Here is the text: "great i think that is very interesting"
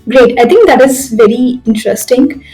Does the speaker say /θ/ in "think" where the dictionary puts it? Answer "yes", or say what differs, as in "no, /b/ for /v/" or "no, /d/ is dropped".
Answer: no, /t/ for /θ/